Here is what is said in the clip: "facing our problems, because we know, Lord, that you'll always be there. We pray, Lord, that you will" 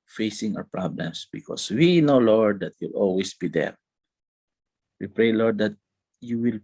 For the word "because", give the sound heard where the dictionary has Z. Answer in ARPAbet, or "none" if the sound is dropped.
S